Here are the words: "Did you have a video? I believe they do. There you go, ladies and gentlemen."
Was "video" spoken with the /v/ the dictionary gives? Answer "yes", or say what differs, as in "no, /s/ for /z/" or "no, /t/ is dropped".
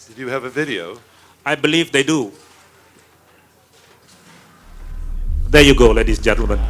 yes